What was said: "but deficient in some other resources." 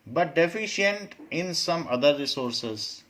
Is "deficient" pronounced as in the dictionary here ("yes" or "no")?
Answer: yes